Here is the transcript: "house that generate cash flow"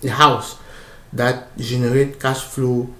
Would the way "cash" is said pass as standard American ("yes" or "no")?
no